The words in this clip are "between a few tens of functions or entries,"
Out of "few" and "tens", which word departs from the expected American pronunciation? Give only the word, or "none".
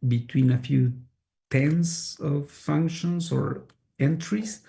tens